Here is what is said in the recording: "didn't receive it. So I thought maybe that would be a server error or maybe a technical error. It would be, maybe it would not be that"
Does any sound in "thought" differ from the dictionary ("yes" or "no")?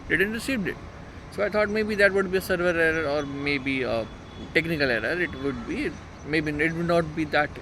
yes